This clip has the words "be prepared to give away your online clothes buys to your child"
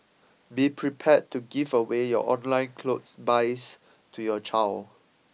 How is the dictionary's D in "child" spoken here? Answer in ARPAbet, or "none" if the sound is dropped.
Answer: none